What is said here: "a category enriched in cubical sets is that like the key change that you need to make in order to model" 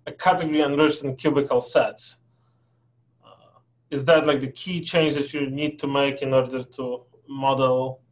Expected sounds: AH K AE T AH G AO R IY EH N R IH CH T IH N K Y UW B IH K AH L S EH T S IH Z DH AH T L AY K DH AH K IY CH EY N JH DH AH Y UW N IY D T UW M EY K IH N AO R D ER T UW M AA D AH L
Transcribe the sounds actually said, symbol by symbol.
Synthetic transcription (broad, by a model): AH K AE T AH G AO R IY EH N R IH CH T IH N K Y UW B IH K AH L S EH T S IH Z DH AH T L AY K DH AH K IY CH EY N JH DH AH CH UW N IY D T UW M EY K IH N AO R D ER T UW M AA D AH L